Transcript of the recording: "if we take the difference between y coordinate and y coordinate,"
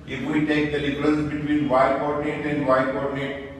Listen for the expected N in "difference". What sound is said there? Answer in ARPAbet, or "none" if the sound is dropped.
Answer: L